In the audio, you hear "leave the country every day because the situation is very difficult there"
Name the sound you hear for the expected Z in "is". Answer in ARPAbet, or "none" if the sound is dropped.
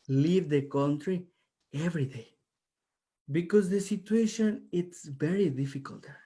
S